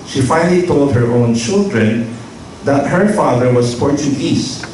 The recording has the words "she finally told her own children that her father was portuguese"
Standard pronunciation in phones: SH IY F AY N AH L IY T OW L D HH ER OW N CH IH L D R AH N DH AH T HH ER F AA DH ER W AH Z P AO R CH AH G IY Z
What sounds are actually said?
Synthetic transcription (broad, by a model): SH IY F AY N AH L IY T OW L D HH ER OW N CH IH L D R AH N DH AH T HH ER F AA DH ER W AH S P AO R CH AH G IY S